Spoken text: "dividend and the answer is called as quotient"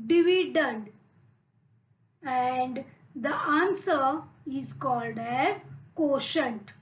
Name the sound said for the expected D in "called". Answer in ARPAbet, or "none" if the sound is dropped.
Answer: D